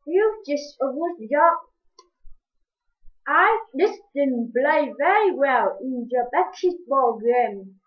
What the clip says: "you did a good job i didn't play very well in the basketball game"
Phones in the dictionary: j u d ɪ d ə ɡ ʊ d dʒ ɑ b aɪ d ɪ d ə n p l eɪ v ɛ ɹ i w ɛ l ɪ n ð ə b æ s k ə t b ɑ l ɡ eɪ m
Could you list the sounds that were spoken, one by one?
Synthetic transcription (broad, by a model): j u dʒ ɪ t ə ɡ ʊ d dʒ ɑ aɪ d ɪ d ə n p l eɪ v ɛ ɹ i w ɛ l ɪ n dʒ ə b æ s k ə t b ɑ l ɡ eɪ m